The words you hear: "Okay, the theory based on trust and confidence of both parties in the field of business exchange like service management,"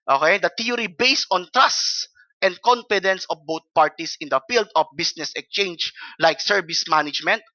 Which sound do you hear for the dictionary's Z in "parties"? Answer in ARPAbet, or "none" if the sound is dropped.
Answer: S